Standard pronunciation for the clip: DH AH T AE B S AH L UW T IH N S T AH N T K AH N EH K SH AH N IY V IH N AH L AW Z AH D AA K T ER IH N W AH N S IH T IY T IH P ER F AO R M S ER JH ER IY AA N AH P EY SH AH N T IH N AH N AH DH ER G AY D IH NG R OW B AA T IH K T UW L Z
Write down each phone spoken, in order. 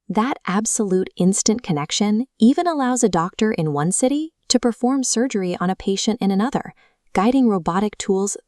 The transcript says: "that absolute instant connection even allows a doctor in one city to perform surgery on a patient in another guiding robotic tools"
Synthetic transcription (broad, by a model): DH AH T AE B S AH L UW T IH N S T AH N K AH N EH K SH AH N IY V IH N AH L AW Z AH D AA K T ER IH N W AH N S IH T IY T IH P ER F AO R M S ER JH ER IY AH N AH P EY SH AH N T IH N AH N AH DH ER G AY D IH NG R OW B AA T IH K T UW L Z